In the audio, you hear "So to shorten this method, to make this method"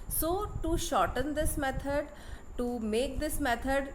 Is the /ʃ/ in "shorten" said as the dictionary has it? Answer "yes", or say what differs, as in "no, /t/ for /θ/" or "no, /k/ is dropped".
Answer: yes